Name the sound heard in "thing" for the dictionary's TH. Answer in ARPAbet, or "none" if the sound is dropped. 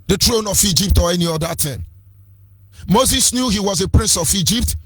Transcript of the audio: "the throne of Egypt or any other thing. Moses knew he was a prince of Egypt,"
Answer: T